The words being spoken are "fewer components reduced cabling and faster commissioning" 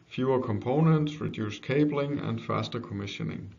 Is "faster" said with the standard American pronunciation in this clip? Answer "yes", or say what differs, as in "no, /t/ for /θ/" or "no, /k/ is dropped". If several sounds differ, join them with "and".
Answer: yes